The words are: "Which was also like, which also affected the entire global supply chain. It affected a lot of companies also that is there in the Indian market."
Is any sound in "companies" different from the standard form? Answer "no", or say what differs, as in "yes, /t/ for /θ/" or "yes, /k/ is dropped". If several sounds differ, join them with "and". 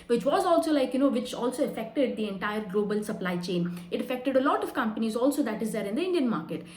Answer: no